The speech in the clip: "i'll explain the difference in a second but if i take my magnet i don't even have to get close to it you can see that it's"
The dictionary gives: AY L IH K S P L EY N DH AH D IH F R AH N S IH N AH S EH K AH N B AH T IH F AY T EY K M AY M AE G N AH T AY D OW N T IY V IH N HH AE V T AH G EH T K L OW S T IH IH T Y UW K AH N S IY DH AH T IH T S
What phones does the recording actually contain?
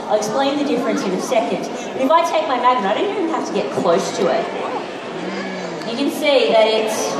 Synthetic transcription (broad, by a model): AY IH K S P L EY N DH AH D IH F R AH N S IH N AH S EH K AH N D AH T IH F AY T EY K M AY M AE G AH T AY D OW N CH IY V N HH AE F T AH G EH T K L OW S T IH IH T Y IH K AH N S IY DH AH T IH T S